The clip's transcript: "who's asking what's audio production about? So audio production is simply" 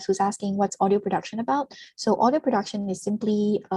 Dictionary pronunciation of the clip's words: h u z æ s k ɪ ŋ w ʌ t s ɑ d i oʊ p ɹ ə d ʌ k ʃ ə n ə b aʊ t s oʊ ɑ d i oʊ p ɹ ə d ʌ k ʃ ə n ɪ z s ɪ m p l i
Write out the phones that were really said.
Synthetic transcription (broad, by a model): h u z æ s k ɪ ŋ w ʌ t s ɑ d i oʊ p ɹ ə d ʌ k ʃ ə n ə b aʊ t s oʊ ɑ d i oʊ p ɹ ə d ʌ k ʃ ə n ɪ z s ɪ m p l i